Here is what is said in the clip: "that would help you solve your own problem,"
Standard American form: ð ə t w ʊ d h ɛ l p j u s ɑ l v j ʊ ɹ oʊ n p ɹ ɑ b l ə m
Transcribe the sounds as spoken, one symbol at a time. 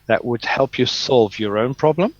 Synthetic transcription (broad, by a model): ð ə t w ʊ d h ɛ l p j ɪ s ɑ l v j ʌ ɹ oʊ n p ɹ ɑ b l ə m